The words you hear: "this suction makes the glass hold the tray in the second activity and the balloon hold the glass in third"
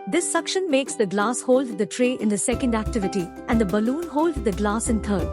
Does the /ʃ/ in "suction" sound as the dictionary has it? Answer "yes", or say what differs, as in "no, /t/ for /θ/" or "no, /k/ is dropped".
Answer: yes